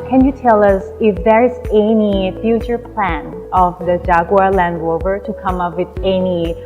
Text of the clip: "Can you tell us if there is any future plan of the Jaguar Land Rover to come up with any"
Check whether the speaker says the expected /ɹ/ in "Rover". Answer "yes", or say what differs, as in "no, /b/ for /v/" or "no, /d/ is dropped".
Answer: no, /l/ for /ɹ/